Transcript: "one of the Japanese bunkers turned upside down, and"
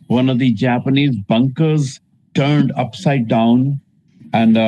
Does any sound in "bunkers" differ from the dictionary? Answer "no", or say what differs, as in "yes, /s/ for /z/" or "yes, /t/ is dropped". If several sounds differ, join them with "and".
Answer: no